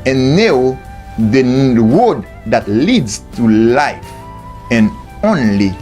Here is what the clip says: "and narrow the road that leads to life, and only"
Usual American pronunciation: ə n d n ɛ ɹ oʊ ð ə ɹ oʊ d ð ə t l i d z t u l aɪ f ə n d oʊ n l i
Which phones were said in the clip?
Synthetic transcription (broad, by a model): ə n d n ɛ ʊ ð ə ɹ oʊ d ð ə t l i d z t u l aɪ f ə n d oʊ n l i